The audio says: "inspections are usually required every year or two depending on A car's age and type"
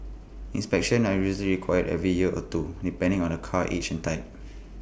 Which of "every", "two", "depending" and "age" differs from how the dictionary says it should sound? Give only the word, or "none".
age